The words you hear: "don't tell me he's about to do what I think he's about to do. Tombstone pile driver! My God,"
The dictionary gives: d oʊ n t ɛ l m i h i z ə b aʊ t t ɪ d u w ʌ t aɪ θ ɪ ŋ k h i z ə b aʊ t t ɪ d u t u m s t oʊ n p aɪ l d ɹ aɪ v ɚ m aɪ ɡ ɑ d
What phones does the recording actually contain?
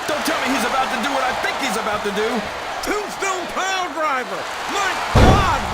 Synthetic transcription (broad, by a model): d oʊ n t ɛ l m i h i z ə b aʊ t t ɪ d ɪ w ʌ t aɪ θ ɪ ŋ k h i z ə b aʊ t t ɪ d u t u s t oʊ l p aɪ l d ɹ aɪ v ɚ m aɪ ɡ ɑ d